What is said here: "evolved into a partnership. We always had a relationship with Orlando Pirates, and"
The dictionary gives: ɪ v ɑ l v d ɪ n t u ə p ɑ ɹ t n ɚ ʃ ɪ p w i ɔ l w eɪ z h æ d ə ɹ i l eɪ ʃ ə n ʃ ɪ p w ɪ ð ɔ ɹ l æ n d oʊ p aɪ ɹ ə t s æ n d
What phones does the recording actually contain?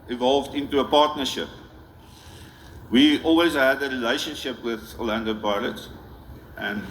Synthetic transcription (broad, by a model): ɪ v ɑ l v d ɪ n t u ə p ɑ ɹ t n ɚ ʃ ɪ p w i ɔ l w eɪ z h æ d ə ɹ i l eɪ ʃ ə n ʃ ɪ p w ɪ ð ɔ l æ n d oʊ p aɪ l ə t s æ n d